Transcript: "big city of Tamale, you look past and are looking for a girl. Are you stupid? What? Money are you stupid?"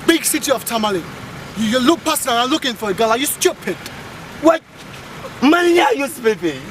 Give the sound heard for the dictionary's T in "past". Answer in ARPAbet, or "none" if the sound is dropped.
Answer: none